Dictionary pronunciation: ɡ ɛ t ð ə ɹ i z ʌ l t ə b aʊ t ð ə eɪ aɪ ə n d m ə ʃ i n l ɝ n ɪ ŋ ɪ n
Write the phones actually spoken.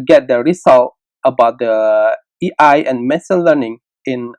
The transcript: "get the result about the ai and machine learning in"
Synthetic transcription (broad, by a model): ɡ ɛ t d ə ɹ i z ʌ l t ə b aʊ t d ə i aɪ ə n m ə s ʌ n l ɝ n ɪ ŋ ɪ n